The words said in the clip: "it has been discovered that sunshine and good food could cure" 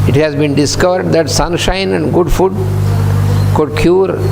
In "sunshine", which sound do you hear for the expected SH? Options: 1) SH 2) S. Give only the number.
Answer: 1